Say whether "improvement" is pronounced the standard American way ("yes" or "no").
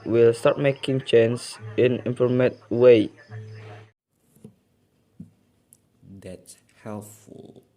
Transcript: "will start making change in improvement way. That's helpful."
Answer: no